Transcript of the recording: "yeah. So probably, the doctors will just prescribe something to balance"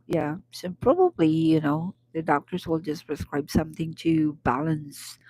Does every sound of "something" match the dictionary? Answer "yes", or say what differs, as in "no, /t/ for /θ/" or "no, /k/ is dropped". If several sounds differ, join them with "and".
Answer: yes